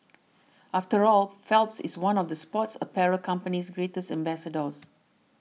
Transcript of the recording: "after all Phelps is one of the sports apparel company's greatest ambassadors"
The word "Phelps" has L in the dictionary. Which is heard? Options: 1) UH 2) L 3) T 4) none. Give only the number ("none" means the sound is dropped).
2